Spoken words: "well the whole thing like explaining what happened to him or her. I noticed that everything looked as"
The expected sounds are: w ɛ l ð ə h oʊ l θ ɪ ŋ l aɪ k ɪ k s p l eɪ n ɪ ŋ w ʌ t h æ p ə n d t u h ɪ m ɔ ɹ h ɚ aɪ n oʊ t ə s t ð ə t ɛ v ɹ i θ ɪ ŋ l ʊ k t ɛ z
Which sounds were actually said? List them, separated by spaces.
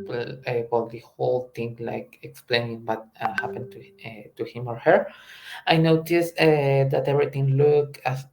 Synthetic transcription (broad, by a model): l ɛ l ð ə h oʊ l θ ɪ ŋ l aɪ k ɪ k s p l eɪ n ɪ ŋ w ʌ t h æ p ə n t t u h ɪ m ɔ ɹ h ɚ aɪ n oʊ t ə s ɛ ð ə t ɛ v ɹ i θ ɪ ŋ l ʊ k ɑ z